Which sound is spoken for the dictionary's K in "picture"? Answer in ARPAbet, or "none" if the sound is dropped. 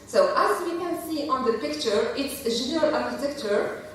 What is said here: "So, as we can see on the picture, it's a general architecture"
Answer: K